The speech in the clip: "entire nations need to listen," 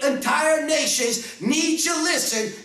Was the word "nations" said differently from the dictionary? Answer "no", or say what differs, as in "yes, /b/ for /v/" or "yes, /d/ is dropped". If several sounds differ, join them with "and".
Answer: no